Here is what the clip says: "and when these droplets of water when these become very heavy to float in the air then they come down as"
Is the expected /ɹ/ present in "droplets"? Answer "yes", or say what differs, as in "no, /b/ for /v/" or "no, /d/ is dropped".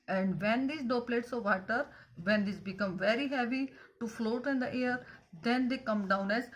no, /ɹ/ is dropped